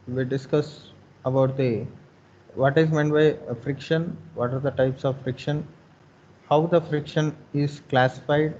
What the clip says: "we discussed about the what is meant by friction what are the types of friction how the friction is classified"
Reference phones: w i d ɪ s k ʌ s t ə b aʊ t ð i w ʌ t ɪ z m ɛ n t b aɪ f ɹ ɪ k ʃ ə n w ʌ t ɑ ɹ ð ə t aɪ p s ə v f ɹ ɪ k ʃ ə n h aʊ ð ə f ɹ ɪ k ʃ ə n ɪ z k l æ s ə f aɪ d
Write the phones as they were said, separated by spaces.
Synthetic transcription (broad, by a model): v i d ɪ s k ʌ s ə b aʊ t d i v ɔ t ɪ z m ɛ n t b aɪ f ɹ ɪ k ʃ ə n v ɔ t ɑ ɹ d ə t aɪ p s ə v f ɹ ɪ k ʃ ə n h aʊ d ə f ɹ ɪ k ʃ ə n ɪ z k l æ s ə f aɪ d